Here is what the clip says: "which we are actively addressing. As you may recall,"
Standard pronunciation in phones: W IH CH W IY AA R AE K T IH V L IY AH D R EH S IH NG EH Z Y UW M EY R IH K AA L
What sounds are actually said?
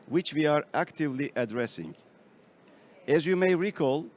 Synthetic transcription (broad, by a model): W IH CH W IY AA R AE K T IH V L IY AH D R EH S IH NG EH Z Y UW M EY R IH K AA L